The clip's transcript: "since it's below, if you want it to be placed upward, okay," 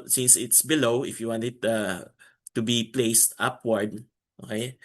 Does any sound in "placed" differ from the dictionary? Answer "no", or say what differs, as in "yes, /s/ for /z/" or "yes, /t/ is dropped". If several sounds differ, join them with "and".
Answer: no